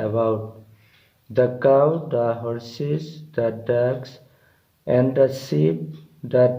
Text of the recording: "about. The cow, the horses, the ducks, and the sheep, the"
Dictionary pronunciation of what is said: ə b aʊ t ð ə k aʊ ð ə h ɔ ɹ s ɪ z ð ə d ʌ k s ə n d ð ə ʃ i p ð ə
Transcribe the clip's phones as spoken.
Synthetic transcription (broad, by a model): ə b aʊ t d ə k aʊ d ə h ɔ ɹ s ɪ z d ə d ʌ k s ə n d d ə s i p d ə